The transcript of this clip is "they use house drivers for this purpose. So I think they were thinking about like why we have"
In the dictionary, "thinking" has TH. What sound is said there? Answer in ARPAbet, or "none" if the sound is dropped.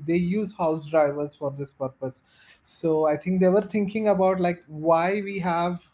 T